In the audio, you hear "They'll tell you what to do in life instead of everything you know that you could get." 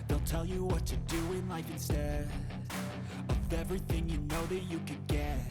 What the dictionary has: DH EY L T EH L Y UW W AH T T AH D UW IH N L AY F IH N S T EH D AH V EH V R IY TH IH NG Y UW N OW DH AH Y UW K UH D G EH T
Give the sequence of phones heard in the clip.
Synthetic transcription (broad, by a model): DH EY L T EH L Y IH W AH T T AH D UW IH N L AY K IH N S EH AH V EH V R IY TH IH NG Y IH N OW DH AH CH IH K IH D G EH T